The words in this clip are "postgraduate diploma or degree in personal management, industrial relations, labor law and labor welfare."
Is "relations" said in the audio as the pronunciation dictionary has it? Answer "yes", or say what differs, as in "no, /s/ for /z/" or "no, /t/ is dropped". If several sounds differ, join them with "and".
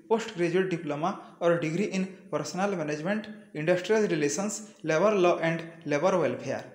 no, /s/ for /ʃ/ and /s/ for /z/